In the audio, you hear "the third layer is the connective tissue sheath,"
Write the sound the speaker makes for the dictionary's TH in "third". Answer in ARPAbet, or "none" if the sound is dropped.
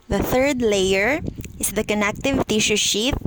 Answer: TH